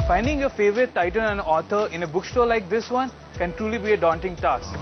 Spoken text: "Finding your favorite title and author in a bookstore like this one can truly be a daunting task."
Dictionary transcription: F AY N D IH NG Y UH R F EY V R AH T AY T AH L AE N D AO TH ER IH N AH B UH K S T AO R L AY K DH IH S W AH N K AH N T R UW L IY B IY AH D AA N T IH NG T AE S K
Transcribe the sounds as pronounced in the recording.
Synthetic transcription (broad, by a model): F AY N D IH NG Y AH F EY V R AH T AY T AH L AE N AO T ER IH N AH B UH K S T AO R L AY K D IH S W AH N K AH N T R UW L IY B IY AH D AA N T IH NG T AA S